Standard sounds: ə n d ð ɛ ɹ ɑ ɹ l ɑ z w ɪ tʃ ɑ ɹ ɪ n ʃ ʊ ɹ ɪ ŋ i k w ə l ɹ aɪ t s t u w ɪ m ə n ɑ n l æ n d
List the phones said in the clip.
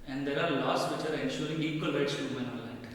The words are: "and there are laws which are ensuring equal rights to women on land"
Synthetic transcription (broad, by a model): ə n d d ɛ ɹ ɑ ɹ l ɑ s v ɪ tʃ ɑ ɹ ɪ n ʃ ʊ ɹ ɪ ŋ i k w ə l ɹ aɪ t s t u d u ə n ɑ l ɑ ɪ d